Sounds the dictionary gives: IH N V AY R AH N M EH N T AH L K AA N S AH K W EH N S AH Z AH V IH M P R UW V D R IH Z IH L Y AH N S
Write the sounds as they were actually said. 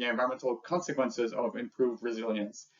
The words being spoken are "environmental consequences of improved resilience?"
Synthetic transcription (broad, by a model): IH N V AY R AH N M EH N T L K AA N S AH K W EH N S AH Z AH V IH M P R UW V D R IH Z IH L Y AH N S